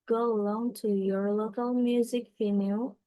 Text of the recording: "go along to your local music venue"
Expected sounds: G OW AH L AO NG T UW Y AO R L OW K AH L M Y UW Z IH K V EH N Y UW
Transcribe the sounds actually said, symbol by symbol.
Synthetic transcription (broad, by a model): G OW AH L AO NG T UW Y AO R L OW K AH L M Y UW Z IH K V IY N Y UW